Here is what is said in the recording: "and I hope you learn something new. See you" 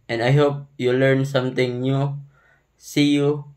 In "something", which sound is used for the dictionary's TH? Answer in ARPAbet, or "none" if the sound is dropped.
T